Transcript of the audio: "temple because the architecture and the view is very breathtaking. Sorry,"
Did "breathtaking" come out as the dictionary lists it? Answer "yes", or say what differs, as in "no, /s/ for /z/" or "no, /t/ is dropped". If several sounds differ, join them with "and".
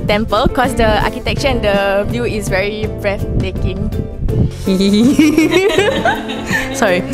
no, /f/ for /θ/